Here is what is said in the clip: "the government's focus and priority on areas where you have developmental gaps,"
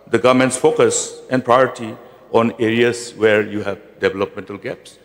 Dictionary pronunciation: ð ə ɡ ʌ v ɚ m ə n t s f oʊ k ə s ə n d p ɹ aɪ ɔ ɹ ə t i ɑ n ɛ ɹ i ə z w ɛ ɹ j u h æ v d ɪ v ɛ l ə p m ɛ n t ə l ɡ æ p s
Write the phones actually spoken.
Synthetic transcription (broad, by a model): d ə ɡ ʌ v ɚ m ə n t s f oʊ k ə s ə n p ɹ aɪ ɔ ɹ t i ɑ n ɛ ɹ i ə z w ɛ ɹ j u h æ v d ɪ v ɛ l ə p m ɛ n t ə l ɡ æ p s